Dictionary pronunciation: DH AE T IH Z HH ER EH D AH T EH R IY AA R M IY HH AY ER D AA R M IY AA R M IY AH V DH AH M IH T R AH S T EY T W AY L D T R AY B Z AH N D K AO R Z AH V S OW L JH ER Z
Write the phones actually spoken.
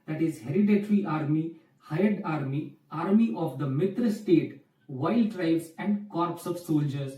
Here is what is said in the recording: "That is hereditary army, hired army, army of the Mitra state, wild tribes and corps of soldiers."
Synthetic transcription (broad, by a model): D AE T IH Z HH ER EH D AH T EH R IY AA R M IY HH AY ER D AA R M IY AA R M IY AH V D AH M IH T R AH S T EY T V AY L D T R AY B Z AH N D K AO R S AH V S OW L JH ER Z